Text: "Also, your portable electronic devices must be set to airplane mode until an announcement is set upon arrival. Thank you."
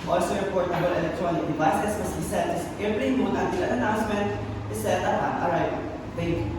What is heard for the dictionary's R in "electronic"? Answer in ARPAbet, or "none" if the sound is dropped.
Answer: R